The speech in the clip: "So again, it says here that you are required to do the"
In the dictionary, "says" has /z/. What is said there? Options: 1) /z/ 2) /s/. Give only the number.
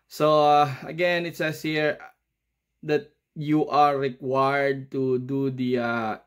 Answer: 2